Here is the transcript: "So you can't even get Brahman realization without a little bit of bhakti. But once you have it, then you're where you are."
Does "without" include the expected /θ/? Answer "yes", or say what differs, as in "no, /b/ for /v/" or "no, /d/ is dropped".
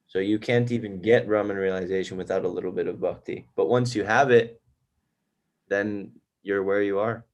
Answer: yes